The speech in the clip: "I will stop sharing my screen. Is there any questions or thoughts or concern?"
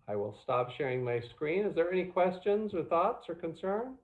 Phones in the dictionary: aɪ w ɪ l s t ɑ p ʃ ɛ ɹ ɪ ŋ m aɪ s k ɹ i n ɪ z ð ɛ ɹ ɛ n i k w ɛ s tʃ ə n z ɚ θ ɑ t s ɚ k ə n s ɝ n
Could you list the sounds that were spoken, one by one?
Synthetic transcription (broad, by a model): aɪ w ɪ l s t ɑ p ʃ ɛ ɹ ɪ ŋ m aɪ s k ɹ i n ɪ z ð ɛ ɹ ɛ n i k w ɛ s tʃ ə n z ɚ θ ɑ t s ɚ k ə n s ɝ n